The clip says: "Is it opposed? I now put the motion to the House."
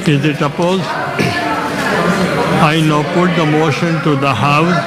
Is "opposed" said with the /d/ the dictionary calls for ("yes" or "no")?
no